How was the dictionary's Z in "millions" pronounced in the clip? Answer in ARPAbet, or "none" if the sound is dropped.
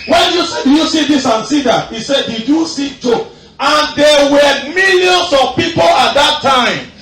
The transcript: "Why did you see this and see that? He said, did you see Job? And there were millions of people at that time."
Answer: S